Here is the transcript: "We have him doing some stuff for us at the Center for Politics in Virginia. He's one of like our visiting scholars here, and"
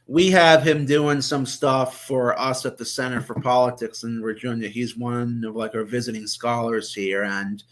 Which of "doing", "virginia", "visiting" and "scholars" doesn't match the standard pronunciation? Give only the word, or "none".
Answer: virginia